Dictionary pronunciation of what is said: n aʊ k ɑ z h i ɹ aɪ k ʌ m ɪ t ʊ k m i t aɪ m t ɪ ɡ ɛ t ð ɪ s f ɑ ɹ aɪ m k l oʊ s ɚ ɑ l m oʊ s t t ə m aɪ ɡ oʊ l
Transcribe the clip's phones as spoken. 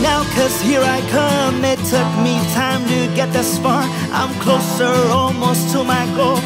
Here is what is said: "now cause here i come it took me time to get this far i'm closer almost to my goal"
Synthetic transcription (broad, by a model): n aʊ k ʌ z h i ɹ aɪ k ʌ m ɪ t ʊ k m i t aɪ m t ɪ ɡ ɛ t ð ɪ s p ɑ ɹ aɪ m k l oʊ s ɚ ɑ l m oʊ s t t ə m aɪ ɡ oʊ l